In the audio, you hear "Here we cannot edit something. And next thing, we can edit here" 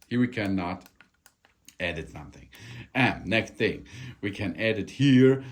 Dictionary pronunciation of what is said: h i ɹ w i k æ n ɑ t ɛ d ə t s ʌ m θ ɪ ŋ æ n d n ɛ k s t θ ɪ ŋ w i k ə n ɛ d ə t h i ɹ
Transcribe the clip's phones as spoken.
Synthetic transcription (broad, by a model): h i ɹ w i k æ n ɑ t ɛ d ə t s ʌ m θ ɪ ŋ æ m n ɛ k s t θ ɪ ŋ w i k ə n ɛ d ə t h i ɹ